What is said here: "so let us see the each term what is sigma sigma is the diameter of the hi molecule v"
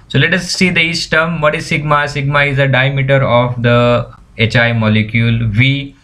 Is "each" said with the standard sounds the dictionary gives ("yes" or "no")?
no